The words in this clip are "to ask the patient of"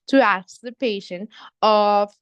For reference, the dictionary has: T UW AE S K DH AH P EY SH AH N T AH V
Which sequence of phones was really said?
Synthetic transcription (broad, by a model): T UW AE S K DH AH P EY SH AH N AH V